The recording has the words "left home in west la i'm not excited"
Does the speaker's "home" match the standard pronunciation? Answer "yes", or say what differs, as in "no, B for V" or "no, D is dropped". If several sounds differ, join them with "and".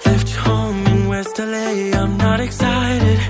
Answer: no, M is dropped